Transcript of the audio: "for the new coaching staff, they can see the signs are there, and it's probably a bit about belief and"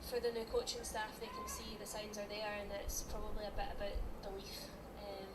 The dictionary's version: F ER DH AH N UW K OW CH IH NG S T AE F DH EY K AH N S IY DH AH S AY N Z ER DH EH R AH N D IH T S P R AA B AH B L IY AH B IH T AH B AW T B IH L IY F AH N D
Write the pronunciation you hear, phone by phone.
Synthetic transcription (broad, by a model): F ER DH AH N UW K OW CH IH NG S T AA F DH EY K AH N S IY DH AH S AY N Z ER DH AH R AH N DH IH T S P R AA B AH B L IY AH B IH T AH B AW T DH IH W IY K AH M